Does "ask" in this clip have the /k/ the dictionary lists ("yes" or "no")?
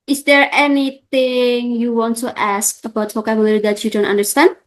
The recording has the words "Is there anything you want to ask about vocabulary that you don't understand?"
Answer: yes